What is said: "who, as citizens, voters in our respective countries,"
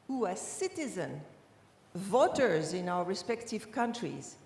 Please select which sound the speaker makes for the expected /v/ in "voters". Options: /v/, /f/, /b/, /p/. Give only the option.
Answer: /v/